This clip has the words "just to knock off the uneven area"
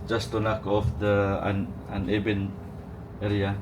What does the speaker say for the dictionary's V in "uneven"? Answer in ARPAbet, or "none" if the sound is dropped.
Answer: B